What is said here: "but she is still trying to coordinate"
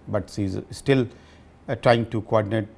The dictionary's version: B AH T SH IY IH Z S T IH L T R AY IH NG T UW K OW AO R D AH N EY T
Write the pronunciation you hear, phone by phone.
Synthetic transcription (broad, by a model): B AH T S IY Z S T IH L T R AY IH NG T UW K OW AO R D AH N EY T